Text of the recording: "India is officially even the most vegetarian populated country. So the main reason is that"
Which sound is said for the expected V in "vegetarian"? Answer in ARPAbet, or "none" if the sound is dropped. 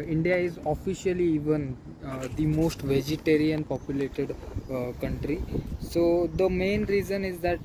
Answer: V